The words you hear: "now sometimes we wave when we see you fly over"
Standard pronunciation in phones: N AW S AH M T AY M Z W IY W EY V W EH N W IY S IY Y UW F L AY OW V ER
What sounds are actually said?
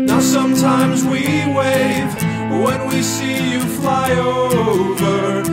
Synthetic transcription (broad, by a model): N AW S AH M T AY M Z W IY W EY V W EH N W IY S IY Y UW F L AY OW V ER